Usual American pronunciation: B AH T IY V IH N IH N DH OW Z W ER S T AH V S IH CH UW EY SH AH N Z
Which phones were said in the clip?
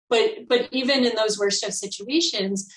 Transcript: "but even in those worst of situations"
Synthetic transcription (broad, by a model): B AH T IY V IH N IH N DH OW Z W ER S T AH V S IH CH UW EY SH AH N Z